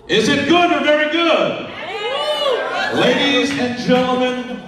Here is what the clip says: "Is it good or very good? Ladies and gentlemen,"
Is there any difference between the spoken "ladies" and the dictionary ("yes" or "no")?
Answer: no